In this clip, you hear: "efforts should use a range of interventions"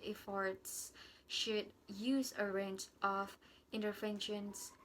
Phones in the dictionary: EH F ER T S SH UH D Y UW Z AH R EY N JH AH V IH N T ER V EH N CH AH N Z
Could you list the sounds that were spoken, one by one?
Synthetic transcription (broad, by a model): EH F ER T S SH UH D Y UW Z AH R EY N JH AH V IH N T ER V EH N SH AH N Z